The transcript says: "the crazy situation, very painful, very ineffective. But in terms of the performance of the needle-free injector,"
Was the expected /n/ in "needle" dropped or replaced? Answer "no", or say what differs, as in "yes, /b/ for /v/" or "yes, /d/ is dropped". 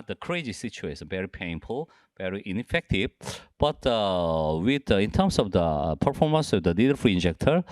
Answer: yes, /l/ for /n/